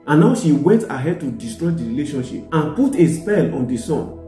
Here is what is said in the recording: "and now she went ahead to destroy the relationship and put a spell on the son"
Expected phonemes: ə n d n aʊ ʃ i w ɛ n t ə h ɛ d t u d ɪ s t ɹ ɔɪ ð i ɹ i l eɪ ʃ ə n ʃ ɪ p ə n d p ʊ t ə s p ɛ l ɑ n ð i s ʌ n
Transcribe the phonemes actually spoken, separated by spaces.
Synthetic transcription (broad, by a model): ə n n aʊ ʃ i w ɛ n t ə h ɛ d t u d ɪ s t ɹ ɔɪ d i ɹ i l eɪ ʃ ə n ʃ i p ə n p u t ə s p ɛ l ɑ n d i s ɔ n